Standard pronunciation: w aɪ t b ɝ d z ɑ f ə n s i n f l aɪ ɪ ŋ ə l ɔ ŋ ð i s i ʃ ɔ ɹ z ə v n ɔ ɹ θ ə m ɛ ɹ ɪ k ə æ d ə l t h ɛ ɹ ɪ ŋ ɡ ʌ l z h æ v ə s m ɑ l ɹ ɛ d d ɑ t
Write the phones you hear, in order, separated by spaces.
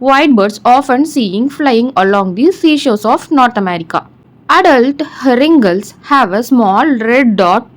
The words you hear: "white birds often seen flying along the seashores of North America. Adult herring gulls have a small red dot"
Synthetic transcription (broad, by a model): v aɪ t b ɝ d s ɑ f ə n s i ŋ f l aɪ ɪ ŋ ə l ɔ ŋ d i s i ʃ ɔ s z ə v n ɔ ɹ t ə m ɛ ɹ ɪ k ə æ d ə l t h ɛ ɹ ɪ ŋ ɡ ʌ l s h æ v ə s m ɑ l ɹ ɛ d d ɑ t